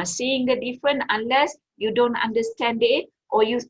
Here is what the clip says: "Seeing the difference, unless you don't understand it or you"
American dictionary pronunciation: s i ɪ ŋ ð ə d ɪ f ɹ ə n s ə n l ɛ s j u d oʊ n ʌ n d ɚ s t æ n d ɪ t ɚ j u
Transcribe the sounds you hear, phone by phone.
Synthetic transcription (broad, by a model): s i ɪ ŋ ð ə d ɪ f ɹ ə n ə n l ɛ s j u d oʊ n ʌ n d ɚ s t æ n d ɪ t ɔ j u